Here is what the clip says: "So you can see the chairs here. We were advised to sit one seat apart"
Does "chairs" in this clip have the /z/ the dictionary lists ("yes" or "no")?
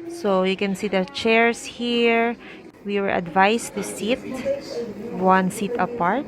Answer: no